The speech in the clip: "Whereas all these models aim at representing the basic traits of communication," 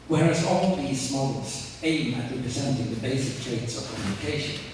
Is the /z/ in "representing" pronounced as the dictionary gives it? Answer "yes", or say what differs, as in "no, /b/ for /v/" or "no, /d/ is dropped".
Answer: yes